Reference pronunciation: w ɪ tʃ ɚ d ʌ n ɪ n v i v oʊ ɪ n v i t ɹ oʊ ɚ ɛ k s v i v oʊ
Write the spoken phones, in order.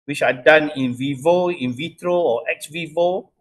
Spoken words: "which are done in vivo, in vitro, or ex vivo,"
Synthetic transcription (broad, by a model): w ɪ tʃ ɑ d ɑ n ɪ n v i v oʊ ɪ n v i t ɹ oʊ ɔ ɛ k s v i v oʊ